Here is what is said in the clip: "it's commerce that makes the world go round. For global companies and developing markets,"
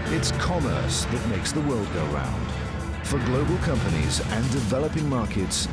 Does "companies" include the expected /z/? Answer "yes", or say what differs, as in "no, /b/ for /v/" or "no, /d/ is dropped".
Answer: yes